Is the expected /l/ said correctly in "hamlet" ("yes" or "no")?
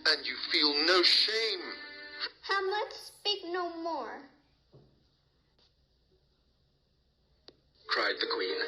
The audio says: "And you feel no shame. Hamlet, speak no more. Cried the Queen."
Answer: no